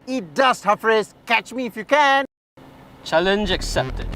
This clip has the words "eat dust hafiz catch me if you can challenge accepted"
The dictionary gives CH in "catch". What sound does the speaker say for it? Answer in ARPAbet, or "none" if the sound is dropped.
CH